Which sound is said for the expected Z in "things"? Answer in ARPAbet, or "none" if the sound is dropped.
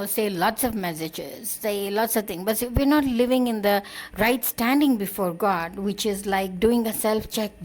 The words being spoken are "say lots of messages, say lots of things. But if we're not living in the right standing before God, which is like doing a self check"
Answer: none